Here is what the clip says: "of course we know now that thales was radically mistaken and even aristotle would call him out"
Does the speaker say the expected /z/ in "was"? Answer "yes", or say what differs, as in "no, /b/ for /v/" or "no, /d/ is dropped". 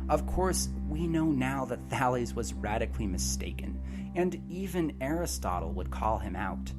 yes